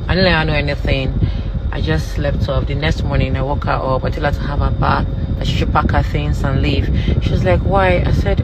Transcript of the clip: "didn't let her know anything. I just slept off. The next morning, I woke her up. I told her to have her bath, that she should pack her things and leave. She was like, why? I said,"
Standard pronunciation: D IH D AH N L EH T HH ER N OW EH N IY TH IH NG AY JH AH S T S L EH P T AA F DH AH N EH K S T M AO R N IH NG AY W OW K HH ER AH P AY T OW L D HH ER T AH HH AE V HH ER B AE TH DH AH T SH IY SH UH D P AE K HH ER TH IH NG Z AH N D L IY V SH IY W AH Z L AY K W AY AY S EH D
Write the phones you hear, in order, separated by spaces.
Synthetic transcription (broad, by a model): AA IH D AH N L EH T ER N OW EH N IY TH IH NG AY JH AH S T L EH F T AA P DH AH N EH K S T M AO R N IH NG AY W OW K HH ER AH P AY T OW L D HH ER T AH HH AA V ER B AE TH DH AH T SH IY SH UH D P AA K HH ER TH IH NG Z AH N L IY V SH IY W AH Z L AY K W AY AY S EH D